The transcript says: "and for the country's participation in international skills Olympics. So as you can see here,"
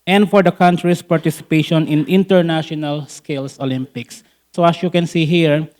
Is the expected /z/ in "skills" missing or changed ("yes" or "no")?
yes